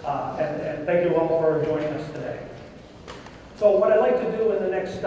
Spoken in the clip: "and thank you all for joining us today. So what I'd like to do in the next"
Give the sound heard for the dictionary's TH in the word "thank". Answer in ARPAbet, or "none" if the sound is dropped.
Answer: TH